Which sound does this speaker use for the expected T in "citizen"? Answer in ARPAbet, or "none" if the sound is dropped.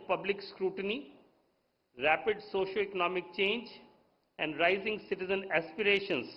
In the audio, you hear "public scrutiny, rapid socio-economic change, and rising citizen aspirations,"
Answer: T